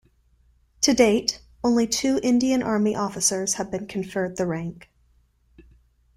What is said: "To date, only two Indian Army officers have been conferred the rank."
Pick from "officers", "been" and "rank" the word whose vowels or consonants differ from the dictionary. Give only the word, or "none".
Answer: none